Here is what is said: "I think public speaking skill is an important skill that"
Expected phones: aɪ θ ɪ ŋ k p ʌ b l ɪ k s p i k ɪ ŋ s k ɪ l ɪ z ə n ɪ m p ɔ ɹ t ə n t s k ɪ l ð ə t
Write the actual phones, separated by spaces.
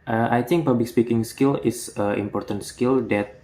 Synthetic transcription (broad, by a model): aɪ t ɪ ŋ k p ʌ b l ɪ k s p i k ɪ ŋ s k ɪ l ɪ s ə ɪ m p ɔ ɹ t ə n t s k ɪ l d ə t